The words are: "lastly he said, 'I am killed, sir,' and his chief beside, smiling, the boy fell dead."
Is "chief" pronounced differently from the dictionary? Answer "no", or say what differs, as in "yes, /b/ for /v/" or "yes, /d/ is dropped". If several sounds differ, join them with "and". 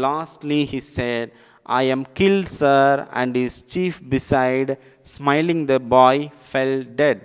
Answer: no